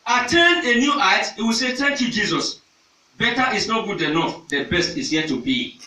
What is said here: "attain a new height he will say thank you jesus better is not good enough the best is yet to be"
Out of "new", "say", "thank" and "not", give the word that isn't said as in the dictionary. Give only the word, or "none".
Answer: thank